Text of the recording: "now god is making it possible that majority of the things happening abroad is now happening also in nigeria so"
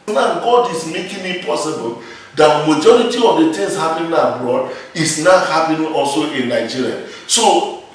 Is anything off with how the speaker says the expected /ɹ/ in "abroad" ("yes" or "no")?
no